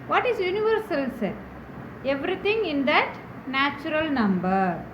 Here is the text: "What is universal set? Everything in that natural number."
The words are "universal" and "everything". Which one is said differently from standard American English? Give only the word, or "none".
everything